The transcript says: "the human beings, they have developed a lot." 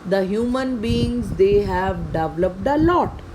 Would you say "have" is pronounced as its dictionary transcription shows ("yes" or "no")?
yes